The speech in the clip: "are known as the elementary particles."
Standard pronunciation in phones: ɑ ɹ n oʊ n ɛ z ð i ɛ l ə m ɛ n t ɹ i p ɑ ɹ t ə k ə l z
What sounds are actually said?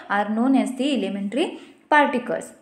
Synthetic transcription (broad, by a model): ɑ ɹ n oʊ n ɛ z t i ɛ l ə m ɛ n t ɹ i p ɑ ɹ t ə k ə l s